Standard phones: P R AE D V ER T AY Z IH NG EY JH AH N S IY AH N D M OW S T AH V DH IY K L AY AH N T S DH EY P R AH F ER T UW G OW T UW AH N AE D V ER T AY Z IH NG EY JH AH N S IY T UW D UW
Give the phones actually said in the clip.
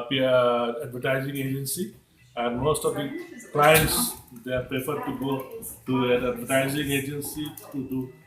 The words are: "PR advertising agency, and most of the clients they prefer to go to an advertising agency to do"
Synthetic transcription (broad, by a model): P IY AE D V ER T AY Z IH NG EY JH AH N S IY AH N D M OW S T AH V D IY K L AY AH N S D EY P R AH P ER T UW G OW T UW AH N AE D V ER T AY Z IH NG EY JH AH N S IY T UW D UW